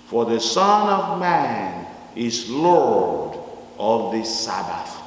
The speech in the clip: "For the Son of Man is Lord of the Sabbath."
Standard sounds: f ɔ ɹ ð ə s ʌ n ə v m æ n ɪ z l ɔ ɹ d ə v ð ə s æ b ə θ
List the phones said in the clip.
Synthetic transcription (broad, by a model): f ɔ ɹ ð ə s ʌ n ə v m æ n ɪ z l ɔ ɹ d ə v ð ə s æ b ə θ